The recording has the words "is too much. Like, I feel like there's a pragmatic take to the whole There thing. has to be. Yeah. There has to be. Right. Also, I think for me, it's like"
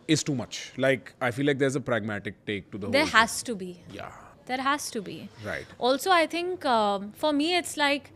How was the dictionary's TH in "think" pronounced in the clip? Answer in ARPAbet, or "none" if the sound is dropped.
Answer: T